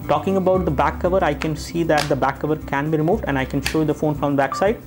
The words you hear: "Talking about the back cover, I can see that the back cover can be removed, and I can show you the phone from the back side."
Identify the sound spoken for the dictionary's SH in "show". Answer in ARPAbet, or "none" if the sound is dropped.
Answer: SH